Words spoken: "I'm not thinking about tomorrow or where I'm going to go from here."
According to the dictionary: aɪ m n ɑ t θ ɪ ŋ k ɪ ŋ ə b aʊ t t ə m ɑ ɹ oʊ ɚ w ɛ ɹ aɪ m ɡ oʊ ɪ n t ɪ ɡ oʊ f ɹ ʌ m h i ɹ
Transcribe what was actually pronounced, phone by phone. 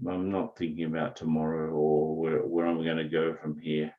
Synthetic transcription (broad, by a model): aɪ m n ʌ t θ ɪ ŋ k ɪ ŋ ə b aʊ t t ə m ɑ ɹ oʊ ɚ w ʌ ɹ aɪ m ɡ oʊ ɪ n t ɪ ɡ oʊ f ɹ ʌ m h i ɹ